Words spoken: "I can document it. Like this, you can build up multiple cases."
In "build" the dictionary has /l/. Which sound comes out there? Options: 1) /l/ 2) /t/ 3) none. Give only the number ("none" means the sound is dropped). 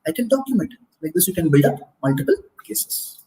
3